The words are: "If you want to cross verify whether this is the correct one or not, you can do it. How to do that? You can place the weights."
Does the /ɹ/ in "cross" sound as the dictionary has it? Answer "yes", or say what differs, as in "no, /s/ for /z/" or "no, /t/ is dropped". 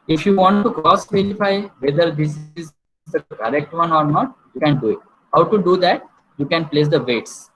no, /ɹ/ is dropped